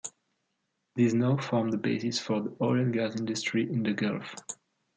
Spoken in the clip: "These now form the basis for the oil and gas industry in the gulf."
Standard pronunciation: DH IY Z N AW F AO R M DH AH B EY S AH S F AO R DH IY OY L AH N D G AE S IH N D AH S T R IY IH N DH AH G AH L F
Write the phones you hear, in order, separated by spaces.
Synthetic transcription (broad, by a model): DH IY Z N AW F AO R M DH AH B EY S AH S F AO R DH IY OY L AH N G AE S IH N D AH S T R IY IH N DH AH G AH L F